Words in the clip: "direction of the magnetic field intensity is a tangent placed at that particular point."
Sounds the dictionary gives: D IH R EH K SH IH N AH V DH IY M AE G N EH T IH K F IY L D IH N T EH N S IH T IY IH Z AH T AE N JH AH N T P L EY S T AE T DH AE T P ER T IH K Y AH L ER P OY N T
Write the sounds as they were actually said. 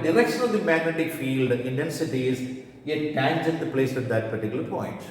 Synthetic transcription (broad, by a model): D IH R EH K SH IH N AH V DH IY M AE G N EH T IH K F IY L D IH N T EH N S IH T IY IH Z AH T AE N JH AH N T P L EY S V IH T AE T P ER T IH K Y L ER P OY N T